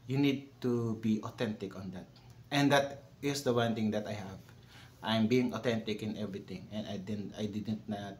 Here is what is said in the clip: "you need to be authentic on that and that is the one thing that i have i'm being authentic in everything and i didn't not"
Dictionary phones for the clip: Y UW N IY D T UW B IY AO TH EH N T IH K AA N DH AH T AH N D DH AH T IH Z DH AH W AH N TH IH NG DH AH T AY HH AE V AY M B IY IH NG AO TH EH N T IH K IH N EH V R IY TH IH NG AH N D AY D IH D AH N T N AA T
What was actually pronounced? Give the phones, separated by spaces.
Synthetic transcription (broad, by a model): Y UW N IY D T UW B IY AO T EH N T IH K AA N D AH T AH N D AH T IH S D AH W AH N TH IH NG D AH T AY HH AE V AY M B IY IH NG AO T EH N T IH K IH N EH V R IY T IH NG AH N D AY D IH D AH N T N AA T